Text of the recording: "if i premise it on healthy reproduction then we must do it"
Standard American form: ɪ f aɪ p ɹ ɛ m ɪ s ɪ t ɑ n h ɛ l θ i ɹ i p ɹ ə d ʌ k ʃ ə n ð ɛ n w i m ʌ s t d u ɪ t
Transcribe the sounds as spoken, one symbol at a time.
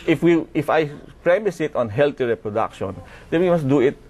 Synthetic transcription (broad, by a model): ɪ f aɪ p ɹ ɛ m ɪ s ɪ t ɑ n h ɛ l t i ɹ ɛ p ɹ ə d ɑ k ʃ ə n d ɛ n w i m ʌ s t d u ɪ t